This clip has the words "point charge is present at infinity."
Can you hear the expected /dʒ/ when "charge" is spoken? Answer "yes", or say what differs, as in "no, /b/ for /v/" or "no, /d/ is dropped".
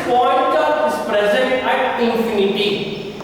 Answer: no, /dʒ/ is dropped